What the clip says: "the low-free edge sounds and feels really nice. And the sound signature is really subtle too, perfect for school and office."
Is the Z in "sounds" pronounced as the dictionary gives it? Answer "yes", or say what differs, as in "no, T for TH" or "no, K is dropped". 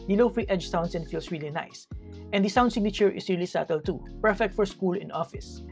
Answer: no, S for Z